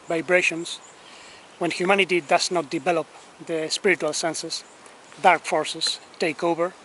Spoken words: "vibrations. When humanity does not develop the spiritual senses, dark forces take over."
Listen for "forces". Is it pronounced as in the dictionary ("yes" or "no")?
no